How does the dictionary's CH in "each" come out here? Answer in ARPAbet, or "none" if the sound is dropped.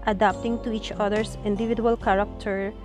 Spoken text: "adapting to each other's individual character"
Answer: CH